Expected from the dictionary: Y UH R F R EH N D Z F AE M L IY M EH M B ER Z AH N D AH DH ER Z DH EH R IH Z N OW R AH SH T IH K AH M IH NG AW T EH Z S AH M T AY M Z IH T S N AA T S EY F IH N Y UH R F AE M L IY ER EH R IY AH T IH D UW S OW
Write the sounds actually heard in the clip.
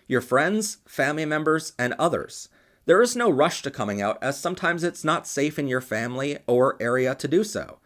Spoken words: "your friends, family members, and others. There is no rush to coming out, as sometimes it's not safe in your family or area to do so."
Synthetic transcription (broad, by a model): Y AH R F R EH N D Z F AE M L IY M EH M B ER Z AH N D AH DH ER Z DH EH R IH Z N OW R AH SH T IH K AH M IH NG AW T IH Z S AH M T AY M Z IH T S N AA T S EY F IH N Y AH R F AE M L IY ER EH R IY AH T IH D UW S OW